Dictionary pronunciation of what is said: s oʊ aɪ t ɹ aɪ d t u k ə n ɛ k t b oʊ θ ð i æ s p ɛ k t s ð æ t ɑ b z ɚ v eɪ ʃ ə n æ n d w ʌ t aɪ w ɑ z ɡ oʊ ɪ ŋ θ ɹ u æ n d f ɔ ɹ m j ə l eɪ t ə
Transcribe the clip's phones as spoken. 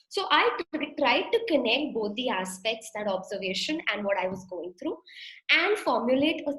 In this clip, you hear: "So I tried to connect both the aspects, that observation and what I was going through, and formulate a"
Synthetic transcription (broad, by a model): s oʊ aɪ t ɹ aɪ d t u k ə n ɛ k t b oʊ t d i æ s p ɛ k t s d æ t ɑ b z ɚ v eɪ ʃ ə n æ n d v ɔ t aɪ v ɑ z ɡ oʊ ɪ ŋ t ɹ u æ n d f ɔ ɹ m j ə l eɪ t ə